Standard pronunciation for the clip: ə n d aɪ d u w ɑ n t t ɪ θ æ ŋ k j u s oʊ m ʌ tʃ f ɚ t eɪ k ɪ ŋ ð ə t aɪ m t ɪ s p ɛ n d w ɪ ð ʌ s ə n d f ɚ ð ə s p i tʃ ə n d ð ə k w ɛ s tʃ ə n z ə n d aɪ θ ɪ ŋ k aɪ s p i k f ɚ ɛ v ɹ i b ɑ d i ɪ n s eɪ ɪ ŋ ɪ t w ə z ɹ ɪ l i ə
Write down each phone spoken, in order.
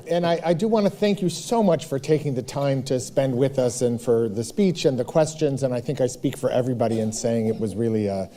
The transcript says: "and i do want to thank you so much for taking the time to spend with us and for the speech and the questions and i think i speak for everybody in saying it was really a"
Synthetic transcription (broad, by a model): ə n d aɪ d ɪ w ɑ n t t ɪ θ æ ŋ k j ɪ s oʊ m ʌ tʃ f ɚ t eɪ k ɪ ŋ ð ə t aɪ m t ɪ s p ɛ n d w ɪ ð ʌ s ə n f ɚ ð ə s p i tʃ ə n ð ə k w ɛ s tʃ ə n z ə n aɪ θ ɪ ŋ k aɪ s p i k f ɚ ɛ v ɹ i b ɑ d i ɪ n s eɪ ɪ ŋ ɪ t w ə z ɹ ɪ l i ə